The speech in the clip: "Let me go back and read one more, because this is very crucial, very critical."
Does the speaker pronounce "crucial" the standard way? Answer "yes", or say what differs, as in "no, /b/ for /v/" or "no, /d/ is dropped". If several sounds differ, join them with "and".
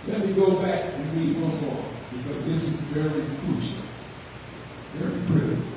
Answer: no, /ɹ/ is dropped